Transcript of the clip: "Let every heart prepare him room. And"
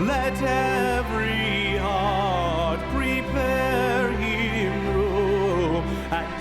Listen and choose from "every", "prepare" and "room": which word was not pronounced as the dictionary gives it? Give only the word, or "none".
room